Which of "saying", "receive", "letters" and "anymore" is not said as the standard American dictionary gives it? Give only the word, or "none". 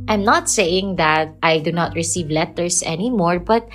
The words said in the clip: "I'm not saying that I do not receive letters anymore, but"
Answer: letters